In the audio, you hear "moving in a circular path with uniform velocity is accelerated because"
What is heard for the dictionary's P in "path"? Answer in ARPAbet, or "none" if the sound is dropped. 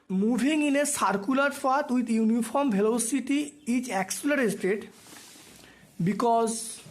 F